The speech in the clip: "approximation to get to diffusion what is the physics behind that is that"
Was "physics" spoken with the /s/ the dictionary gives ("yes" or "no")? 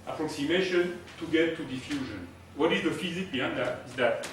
no